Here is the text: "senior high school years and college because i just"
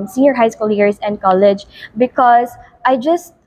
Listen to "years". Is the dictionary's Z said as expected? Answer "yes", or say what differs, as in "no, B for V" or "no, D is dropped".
no, S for Z